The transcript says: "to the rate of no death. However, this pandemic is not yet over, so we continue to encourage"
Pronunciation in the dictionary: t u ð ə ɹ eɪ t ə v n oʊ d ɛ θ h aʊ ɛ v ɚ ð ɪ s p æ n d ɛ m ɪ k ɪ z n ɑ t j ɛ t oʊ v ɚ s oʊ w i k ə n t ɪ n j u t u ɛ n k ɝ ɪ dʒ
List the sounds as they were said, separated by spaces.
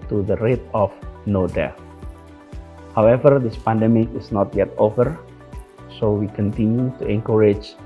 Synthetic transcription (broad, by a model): t u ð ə ɹ eɪ t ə f n oʊ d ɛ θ h aʊ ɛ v ɚ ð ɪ s p æ n d ɛ m ɪ k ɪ s n ɑ t j ɛ t oʊ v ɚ s oʊ w i k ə n t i n j u t u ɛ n k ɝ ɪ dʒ